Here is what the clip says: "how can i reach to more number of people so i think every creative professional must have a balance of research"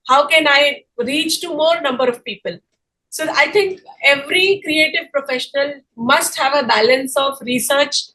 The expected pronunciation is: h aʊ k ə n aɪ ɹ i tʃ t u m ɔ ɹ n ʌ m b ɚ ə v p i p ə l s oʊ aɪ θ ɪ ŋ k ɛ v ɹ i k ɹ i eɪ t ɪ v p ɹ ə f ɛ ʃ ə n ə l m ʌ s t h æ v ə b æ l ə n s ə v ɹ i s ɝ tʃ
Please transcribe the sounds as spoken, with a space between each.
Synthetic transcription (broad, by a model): h aʊ k ə n aɪ ɹ i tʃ t u m ɔ ɹ n ʌ m b ɚ ə v p i p ə l s oʊ aɪ t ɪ ŋ k ɛ v ɹ i k ɹ i eɪ t ɪ v p ɹ ə f ɛ ʃ ə n ə l m ʌ s t h æ v ə b æ l ə n s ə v ɹ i s ɝ tʃ